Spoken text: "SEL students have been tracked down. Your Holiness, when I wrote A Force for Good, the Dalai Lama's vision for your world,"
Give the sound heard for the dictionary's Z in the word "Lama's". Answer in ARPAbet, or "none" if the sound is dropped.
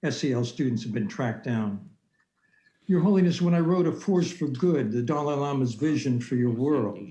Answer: Z